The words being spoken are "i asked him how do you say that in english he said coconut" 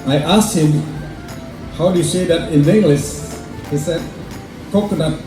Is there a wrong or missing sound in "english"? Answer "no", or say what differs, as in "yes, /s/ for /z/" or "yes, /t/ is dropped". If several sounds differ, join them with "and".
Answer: yes, /s/ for /ʃ/